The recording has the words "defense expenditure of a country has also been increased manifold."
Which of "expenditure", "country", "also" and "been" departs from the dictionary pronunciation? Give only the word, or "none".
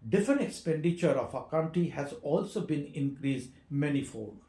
country